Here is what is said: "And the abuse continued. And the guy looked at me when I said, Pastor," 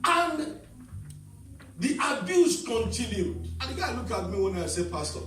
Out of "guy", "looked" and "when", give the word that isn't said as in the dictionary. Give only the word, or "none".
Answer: looked